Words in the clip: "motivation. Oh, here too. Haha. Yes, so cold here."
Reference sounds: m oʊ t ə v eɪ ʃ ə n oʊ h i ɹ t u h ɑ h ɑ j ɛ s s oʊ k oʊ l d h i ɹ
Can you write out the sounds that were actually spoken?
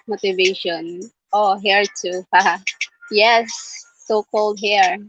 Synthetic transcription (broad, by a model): m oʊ t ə v eɪ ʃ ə n oʊ h i ɹ t u h ɑ h ɑ j ɛ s s oʊ k oʊ l d h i ɹ